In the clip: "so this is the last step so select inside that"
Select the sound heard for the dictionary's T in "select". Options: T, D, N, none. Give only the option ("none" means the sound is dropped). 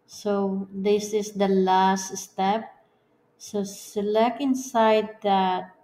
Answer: none